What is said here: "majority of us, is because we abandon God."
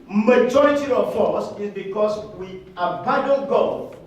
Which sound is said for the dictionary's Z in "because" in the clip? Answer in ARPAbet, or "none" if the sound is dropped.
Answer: S